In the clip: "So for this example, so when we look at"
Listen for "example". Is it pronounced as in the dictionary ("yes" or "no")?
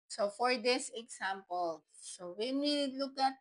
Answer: no